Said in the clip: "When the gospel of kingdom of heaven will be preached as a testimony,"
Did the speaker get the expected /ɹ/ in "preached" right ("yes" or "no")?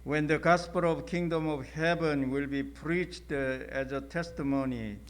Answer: yes